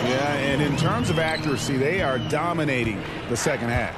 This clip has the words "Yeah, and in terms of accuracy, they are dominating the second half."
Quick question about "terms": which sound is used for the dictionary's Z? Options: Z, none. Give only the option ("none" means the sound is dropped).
Z